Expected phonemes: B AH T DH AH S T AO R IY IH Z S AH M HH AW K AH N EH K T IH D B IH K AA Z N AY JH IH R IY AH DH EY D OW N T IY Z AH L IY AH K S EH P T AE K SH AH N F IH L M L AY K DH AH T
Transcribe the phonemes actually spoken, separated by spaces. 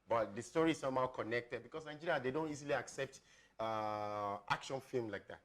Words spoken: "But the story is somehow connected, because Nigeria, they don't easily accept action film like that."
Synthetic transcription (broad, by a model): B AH T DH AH S T AO R IY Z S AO M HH AW K AH N EH K T IH D B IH K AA S N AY JH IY R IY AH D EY D OW N T IY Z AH L IY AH K S EH P T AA K SH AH N F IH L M L AY K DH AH T